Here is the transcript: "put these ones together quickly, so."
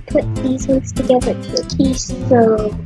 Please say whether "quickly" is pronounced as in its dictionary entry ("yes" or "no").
no